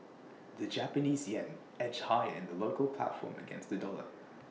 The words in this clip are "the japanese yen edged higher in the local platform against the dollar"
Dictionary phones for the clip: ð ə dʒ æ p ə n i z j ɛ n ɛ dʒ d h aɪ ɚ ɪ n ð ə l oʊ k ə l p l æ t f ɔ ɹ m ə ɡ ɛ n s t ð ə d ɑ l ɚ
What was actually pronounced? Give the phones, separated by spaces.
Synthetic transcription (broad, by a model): ð ə dʒ æ p ə n i z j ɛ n ɛ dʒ h aɪ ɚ ɪ n ð ə l oʊ k ə l p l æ t f ɔ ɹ m ə ɡ ɛ n s t ð ə d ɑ l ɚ